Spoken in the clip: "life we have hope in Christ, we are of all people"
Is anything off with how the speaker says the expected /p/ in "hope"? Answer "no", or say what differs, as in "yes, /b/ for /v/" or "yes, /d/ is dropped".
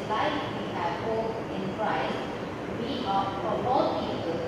yes, /p/ is dropped